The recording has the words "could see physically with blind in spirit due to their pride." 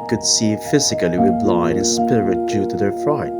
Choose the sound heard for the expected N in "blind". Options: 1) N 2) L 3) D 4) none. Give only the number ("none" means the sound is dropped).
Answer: 4